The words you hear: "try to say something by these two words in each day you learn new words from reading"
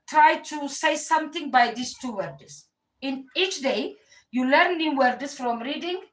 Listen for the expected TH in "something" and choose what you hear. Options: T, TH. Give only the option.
T